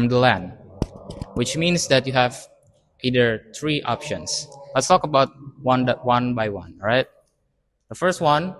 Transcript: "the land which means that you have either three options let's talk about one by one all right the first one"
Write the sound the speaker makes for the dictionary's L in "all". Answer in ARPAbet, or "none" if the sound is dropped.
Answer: N